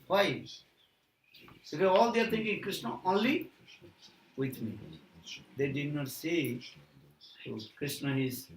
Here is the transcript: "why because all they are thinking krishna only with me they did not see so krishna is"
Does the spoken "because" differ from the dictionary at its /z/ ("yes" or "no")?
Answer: yes